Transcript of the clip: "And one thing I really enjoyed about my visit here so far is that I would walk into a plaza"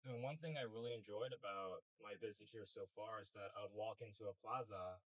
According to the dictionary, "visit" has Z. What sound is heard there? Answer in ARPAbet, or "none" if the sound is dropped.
Z